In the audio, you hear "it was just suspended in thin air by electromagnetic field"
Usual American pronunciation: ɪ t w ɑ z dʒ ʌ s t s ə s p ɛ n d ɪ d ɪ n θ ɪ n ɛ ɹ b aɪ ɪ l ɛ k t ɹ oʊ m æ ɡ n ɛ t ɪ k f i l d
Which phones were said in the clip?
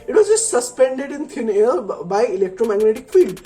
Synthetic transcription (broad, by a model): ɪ t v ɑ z dʒ ʌ s t s ə s p ɛ n d ɪ d ɪ n t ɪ n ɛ l b aɪ ɪ l ɛ k t ɹ oʊ m æ ɡ n ɛ t ɪ k f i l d